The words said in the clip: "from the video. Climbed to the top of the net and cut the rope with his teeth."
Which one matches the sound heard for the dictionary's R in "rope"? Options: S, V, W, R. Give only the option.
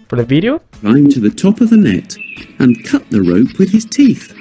R